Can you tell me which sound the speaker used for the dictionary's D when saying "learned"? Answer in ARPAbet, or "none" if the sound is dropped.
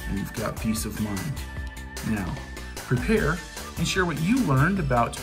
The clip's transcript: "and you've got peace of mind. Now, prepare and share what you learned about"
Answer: D